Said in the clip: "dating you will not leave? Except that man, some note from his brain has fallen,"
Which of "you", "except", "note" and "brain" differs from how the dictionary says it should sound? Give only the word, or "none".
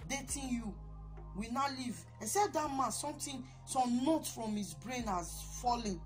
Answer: except